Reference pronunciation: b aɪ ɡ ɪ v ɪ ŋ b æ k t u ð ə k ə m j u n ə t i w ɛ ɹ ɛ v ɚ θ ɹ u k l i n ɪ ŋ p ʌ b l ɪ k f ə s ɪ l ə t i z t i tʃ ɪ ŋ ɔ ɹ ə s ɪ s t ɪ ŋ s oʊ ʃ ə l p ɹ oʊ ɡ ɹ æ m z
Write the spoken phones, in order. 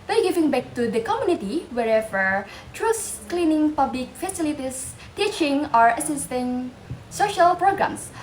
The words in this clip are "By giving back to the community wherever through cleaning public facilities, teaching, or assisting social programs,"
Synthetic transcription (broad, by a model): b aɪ ɡ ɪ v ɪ ŋ b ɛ k t u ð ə k ə m j u n ə t i w ɛ ɹ ɛ v ɚ t ɹ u k l i n ɪ ŋ p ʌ b l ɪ k f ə s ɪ l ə t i s t i tʃ ɪ ŋ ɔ ɹ ə s ɪ s t ɪ ŋ s oʊ ʃ ə l p ɹ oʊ ɡ ɹ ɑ m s